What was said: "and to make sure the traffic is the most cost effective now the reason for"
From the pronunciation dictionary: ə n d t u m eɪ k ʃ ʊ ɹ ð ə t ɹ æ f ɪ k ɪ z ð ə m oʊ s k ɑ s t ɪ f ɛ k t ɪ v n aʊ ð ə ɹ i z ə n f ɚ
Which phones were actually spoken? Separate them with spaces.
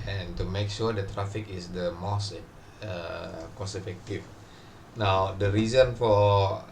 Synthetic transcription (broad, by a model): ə n t u m eɪ k ʃ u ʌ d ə t ɹ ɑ f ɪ k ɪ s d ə m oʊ s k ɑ s ɪ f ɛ k t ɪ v n aʊ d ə ɹ i z ə n f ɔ